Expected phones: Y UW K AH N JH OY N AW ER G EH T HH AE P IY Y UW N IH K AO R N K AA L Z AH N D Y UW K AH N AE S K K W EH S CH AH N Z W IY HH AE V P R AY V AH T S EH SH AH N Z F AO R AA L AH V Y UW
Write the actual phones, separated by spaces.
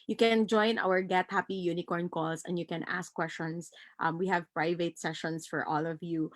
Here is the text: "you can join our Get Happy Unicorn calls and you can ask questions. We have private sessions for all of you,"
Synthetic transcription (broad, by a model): Y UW K AH N JH OY N AW ER G EH T HH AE P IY Y UW N IH K AO R N K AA L S AH N D Y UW K AH N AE S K K W EH S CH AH N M W IY HH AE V P R AY V AH T S EH SH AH N S F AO R AA L AH V Y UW